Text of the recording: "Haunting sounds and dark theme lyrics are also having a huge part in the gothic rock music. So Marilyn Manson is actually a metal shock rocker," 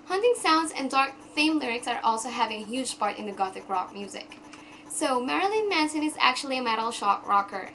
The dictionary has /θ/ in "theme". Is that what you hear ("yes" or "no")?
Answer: no